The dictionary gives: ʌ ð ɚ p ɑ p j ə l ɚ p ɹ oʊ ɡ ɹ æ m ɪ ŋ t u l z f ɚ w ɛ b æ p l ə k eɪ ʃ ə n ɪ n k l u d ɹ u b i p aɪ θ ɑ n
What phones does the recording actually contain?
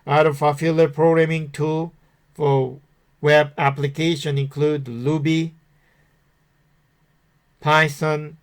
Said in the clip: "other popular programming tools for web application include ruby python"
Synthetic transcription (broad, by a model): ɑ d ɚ f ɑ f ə l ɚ p ɹ oʊ ɡ ɹ æ m ɪ ŋ t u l f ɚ w ɛ b æ p l ə k eɪ ʃ ə n ɪ n k l u d l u b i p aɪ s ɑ n